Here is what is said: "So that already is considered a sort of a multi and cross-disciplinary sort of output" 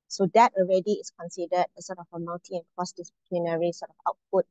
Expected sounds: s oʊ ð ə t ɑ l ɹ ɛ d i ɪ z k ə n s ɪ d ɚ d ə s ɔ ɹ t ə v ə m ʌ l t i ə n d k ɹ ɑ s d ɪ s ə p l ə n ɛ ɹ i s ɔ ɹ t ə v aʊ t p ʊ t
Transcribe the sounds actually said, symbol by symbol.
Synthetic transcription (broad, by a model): s oʊ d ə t ɑ l ɹ ɛ d i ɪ s k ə n s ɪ d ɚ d ə s ɔ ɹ t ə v ə m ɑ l t i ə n k ɹ ɑ s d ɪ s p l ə n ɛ ɹ i s ɔ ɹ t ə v aʊ t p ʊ t